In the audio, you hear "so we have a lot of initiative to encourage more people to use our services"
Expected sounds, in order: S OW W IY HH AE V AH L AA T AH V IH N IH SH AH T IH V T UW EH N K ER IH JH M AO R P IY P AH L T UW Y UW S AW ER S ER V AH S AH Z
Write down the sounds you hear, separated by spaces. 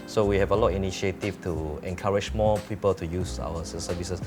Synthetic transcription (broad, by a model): S OW W IY HH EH V AH L AA T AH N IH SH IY AH T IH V T UW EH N K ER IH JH M AO P IY P AH L T UW Y UW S AW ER S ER V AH S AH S